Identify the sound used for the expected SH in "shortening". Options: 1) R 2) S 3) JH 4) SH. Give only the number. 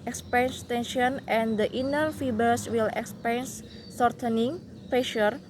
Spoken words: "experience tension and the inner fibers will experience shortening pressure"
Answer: 2